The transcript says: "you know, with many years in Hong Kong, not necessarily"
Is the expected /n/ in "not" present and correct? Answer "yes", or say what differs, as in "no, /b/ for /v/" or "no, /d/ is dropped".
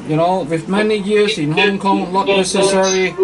no, /l/ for /n/